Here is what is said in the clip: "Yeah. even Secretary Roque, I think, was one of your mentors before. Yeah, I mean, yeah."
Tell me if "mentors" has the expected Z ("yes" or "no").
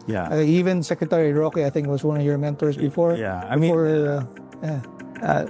no